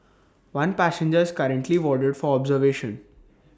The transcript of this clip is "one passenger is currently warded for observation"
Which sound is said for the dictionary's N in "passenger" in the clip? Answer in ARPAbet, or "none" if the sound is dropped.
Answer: N